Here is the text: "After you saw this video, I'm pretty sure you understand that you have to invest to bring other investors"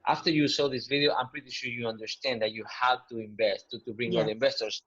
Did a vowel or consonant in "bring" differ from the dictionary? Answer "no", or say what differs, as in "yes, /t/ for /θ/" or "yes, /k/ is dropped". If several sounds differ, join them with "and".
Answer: no